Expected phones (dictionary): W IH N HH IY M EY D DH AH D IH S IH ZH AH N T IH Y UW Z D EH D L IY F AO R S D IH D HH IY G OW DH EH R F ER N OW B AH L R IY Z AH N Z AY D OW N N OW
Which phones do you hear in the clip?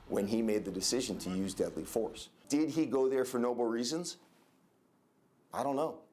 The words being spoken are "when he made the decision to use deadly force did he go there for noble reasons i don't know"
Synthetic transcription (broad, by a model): W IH N IY M EY D DH AH D IH S IH ZH AH N T IH Y UW Z D EH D L IY F AO R S D IH D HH IY G OW DH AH R F ER N OW B L R IY Z AH N Z AY D OW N N OW